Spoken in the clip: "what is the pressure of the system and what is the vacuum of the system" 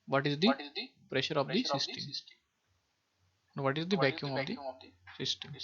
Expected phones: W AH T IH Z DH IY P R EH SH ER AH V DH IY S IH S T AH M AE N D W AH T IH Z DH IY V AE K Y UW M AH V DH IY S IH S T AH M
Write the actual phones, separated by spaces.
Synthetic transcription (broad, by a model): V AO T IH Z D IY P R EH SH ER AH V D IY S IH S T AH M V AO T IH Z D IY B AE K Y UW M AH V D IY S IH S T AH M